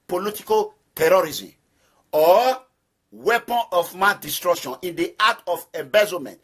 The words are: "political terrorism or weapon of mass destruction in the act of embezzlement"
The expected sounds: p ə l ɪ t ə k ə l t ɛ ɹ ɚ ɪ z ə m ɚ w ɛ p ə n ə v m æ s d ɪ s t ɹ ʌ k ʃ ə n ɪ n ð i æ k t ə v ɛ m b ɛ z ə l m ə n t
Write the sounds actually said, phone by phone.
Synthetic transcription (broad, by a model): p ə l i t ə k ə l t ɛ ɹ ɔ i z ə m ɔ w ɛ p ə n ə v m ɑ d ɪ s t ɹ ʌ k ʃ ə n ɪ n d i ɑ t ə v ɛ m b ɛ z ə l m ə n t